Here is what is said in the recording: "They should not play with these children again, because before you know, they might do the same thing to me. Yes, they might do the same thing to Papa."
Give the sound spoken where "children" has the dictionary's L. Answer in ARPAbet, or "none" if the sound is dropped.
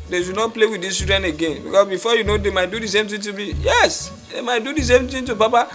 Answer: none